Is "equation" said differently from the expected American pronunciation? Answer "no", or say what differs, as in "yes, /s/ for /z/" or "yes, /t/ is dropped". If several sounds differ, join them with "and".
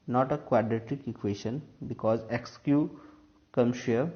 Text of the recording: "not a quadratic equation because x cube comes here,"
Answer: yes, /ʃ/ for /ʒ/